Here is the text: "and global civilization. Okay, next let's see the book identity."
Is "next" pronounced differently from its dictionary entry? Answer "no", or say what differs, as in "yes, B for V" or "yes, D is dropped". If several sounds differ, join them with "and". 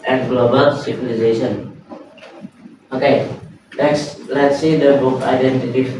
yes, L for N